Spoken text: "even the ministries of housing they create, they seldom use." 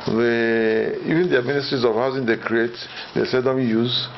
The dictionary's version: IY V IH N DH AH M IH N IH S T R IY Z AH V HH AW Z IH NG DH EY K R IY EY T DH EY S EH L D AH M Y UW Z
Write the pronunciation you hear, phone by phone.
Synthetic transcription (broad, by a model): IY V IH N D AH M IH N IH S T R IY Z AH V HH AW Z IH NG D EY K R IY EY T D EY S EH D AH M Y UW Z